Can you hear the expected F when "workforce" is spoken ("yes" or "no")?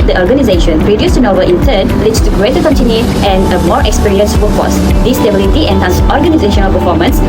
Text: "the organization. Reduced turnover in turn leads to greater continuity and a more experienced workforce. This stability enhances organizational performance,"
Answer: no